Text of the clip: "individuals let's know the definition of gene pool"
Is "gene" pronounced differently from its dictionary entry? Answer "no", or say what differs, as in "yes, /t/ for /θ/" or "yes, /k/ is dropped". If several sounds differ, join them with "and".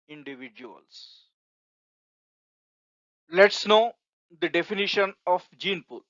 no